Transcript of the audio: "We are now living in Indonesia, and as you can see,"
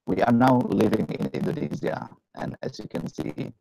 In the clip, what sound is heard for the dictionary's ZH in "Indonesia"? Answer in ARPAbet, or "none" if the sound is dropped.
Z